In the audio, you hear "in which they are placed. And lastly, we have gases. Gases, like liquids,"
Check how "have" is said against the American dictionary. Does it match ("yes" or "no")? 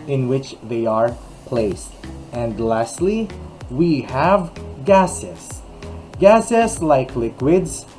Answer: yes